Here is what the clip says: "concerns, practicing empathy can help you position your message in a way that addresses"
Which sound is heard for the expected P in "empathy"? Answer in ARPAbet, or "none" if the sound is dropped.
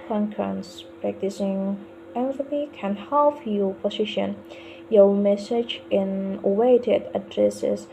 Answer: F